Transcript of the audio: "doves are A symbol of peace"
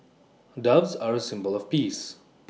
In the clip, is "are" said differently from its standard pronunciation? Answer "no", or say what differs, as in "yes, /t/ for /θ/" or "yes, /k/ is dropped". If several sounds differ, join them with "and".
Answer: no